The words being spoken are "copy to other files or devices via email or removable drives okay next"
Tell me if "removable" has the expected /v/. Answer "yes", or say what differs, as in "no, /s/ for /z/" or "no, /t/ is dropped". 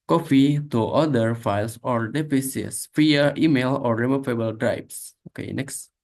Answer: no, /f/ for /v/